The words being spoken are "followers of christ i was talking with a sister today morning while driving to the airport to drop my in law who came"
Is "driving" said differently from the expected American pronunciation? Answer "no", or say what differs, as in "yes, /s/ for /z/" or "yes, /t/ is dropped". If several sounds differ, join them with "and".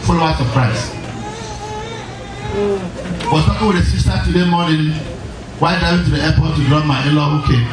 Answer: yes, /ɹ/ is dropped and /v/ is dropped